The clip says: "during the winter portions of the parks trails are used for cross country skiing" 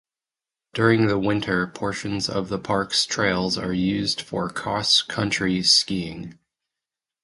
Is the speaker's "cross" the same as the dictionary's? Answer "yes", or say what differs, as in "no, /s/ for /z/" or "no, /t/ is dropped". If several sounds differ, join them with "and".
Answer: no, /ɹ/ is dropped